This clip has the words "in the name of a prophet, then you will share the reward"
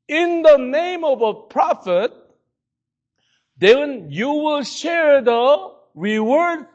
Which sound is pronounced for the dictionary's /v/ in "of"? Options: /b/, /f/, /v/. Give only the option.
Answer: /v/